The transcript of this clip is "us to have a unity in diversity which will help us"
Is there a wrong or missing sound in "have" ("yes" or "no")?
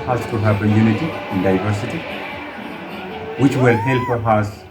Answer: yes